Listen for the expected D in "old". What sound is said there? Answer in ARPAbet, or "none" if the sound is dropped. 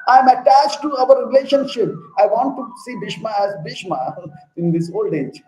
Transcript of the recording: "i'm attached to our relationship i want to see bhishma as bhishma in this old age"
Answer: D